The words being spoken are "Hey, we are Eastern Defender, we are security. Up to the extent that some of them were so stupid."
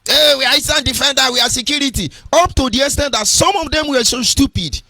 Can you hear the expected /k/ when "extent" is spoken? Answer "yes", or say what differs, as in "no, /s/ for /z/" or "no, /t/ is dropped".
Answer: no, /k/ is dropped